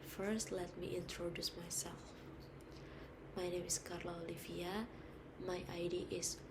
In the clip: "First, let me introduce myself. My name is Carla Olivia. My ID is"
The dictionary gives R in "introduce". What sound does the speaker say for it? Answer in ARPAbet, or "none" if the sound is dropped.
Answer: R